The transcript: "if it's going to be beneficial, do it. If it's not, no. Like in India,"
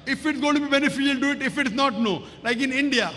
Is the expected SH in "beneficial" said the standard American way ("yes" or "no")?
no